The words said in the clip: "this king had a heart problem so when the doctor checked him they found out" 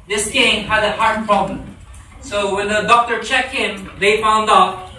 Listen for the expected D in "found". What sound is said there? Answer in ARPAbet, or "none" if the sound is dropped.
D